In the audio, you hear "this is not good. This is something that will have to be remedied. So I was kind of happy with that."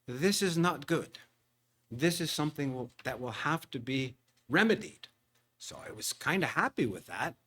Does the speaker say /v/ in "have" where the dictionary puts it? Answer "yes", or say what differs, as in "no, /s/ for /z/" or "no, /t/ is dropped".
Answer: no, /f/ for /v/